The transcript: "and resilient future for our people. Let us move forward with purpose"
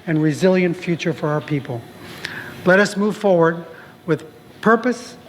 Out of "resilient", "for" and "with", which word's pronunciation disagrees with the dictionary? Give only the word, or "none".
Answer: none